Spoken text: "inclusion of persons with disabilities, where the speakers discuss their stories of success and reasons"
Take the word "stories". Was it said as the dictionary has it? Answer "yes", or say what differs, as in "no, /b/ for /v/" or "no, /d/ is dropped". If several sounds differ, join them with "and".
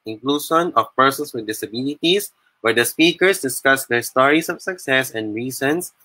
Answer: no, /s/ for /z/